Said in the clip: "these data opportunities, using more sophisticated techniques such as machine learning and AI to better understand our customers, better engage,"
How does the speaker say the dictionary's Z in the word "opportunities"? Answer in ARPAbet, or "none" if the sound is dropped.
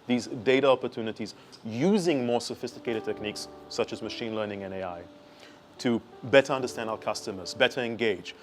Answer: Z